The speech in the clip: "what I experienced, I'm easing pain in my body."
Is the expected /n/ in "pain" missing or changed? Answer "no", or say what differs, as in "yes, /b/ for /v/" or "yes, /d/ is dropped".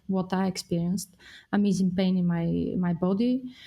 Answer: no